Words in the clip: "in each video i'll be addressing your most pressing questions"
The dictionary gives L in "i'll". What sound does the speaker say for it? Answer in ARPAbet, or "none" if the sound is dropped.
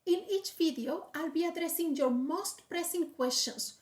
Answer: L